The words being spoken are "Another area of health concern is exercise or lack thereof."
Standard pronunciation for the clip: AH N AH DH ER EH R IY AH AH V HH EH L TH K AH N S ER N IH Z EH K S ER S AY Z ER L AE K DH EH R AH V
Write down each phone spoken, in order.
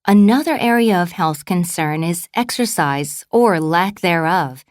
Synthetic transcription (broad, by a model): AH N AH DH ER EH R IY AH AH V HH EH L TH K AH N S ER N IH Z EH K S ER S AY Z ER L AE K DH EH R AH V